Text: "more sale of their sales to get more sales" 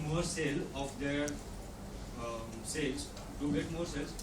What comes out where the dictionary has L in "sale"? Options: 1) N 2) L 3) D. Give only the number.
2